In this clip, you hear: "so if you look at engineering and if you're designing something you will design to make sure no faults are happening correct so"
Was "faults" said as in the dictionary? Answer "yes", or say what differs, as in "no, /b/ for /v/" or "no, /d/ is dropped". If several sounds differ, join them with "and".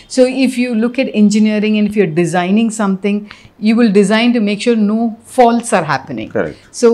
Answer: yes